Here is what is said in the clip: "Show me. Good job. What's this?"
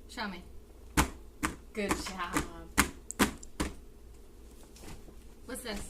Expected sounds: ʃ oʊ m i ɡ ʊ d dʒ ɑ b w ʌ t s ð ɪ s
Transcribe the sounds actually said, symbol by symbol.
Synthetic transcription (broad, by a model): ʃ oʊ m i ɡ ʊ d ʃ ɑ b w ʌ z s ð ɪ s